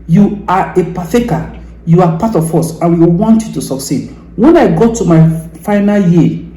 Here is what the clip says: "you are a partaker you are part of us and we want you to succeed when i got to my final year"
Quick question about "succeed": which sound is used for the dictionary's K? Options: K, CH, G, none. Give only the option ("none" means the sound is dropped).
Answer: K